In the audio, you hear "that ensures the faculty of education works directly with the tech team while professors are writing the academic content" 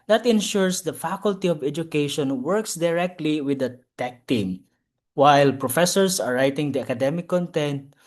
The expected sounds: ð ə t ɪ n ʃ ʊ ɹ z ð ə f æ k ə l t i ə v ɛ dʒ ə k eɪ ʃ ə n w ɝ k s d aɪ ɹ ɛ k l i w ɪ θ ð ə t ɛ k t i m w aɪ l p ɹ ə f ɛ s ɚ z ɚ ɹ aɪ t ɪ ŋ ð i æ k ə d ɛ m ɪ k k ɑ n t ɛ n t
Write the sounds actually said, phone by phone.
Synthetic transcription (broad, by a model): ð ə t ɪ n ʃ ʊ ɹ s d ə f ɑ k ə l t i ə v ɛ dʒ ə k eɪ ʃ ə n w ɝ k s d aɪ ɹ ɛ k l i w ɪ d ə t ɛ k t i m w aɪ l p ɹ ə f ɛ s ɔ s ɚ ɹ aɪ t ɪ ŋ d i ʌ k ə d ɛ m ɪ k k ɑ n t ɛ n t